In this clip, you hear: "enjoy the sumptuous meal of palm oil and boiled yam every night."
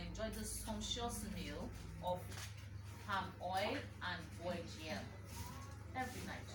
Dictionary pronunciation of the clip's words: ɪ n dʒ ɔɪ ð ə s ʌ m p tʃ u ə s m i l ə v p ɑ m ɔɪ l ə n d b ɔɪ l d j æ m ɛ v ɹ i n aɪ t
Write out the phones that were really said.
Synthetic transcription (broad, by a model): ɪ n dʒ ɔɪ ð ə s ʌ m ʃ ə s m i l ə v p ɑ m ɔɪ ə n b ɔɪ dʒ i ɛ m ɛ v ɹ i n aɪ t